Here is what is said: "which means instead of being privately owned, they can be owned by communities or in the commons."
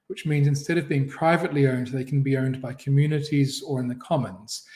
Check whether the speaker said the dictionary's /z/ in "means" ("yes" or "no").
yes